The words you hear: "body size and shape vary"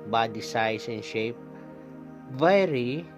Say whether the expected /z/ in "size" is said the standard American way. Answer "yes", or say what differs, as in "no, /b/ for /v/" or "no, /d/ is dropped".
no, /s/ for /z/